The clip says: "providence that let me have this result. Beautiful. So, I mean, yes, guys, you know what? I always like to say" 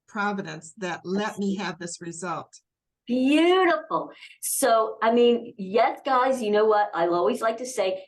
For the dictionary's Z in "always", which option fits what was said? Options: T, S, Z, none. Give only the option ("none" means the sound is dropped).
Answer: Z